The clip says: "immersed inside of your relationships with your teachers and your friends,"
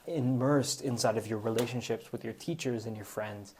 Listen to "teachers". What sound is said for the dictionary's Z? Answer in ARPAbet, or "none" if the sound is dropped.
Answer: Z